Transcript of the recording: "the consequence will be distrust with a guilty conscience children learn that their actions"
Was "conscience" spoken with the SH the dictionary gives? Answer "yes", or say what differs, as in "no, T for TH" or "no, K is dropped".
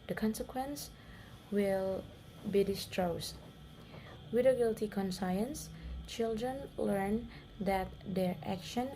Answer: no, S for SH